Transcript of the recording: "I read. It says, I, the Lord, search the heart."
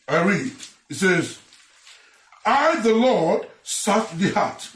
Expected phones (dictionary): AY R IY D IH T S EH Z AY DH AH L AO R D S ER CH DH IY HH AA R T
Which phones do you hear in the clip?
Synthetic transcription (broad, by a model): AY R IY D IH T S EH Z AY DH AH L AO R D S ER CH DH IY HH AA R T